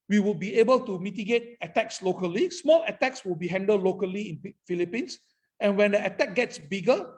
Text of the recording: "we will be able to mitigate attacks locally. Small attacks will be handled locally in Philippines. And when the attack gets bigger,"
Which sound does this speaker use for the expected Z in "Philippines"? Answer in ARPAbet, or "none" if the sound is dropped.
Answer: S